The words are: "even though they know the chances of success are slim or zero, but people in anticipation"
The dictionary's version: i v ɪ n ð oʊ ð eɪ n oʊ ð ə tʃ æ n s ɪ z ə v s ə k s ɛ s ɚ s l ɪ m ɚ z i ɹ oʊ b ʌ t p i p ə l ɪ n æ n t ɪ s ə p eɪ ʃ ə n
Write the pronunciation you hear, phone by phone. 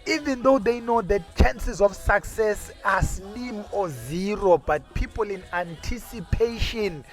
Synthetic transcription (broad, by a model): i v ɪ n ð oʊ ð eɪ n oʊ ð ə tʃ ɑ n s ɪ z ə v s ə k s ɛ s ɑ s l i m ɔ z i ɹ oʊ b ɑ t p i p ə l ɪ n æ n t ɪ s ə p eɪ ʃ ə n